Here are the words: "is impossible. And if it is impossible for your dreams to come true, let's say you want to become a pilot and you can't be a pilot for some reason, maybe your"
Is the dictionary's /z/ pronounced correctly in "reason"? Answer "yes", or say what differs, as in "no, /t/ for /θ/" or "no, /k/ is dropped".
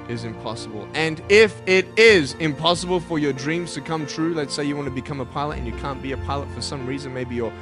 yes